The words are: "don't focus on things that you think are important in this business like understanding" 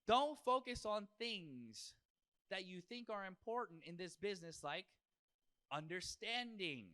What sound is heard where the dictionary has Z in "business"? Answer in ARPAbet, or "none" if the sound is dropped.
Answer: Z